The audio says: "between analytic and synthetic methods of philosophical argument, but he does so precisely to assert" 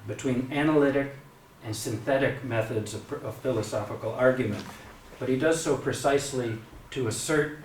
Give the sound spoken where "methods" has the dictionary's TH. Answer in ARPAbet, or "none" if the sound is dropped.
TH